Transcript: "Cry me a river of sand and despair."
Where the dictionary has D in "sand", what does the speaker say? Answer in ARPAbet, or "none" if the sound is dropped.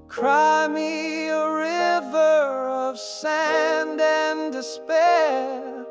D